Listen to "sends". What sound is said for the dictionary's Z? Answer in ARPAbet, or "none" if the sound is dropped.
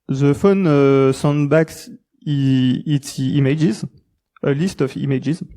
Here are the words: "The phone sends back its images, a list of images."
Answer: none